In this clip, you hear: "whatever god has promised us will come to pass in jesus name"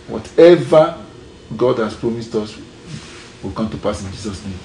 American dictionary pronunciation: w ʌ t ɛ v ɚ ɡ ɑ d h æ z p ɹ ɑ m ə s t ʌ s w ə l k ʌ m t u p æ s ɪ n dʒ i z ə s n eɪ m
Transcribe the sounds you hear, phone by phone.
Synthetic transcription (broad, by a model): w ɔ t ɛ v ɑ ɡ ɑ d h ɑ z p ɹ ɑ m ə s t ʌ s w ə l k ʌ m t u p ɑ s ɪ n dʒ i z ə s n eɪ m